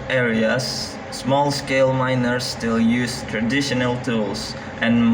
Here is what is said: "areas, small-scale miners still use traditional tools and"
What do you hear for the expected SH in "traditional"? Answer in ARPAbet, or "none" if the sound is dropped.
SH